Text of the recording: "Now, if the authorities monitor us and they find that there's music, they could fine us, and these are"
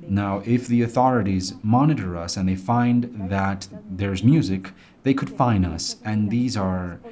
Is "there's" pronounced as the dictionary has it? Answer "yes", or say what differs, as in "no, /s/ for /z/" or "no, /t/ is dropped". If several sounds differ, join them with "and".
yes